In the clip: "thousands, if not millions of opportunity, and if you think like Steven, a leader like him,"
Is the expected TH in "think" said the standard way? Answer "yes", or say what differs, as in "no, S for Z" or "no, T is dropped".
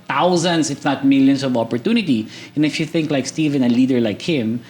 yes